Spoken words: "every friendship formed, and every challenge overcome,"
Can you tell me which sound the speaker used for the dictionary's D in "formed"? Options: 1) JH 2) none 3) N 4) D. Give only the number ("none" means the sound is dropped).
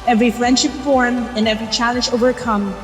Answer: 2